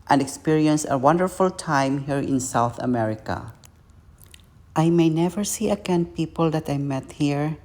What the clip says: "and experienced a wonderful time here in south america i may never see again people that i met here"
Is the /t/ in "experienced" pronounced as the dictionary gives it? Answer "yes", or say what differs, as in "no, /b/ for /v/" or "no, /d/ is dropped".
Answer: no, /t/ is dropped